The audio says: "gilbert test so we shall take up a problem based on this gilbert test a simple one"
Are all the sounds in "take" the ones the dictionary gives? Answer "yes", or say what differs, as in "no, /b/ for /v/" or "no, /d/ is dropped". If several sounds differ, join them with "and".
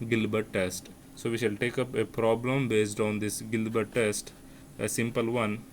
yes